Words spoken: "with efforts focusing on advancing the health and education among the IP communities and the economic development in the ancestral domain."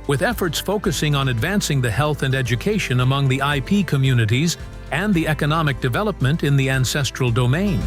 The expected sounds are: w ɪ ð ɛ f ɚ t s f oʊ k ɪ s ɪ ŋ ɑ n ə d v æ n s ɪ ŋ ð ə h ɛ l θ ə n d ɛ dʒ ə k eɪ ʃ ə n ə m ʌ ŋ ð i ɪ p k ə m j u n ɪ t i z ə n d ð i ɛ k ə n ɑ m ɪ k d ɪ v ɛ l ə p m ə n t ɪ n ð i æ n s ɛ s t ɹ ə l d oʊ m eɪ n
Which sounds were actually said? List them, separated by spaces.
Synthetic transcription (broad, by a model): w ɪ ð ɛ f ɚ t s f oʊ k ɪ s ɪ ŋ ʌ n ə d v æ n s ɪ ŋ ð ə h ɛ l θ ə n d ɛ dʒ ə k eɪ ʃ ə n ə m ʌ ŋ ð i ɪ p k ə m j u n ɪ t i z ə n ð i ɛ k ə n ɑ m ɪ k d ɪ v ɛ l ə p m ə n t ɪ n ð i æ n s ɛ s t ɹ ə l d oʊ m eɪ n